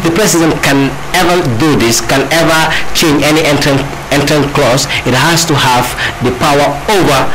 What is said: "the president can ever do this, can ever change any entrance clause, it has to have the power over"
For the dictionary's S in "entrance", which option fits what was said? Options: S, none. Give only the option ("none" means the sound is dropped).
none